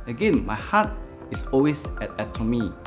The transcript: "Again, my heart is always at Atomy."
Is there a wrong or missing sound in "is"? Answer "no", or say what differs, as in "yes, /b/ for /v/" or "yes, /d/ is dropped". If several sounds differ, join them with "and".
yes, /s/ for /z/